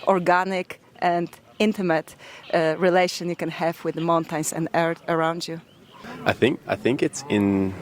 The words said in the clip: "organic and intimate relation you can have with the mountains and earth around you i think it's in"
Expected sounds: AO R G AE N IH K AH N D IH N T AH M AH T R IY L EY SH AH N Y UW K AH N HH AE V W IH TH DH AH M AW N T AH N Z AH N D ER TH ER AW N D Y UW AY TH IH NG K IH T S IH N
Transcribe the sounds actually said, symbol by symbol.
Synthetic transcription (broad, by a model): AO R G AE N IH K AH N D IH N T AH M AH T R IY L EY SH AH N Y UW K AH N HH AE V W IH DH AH M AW N T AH N S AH N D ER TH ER AW N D Y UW AY TH IH NG K IH T S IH N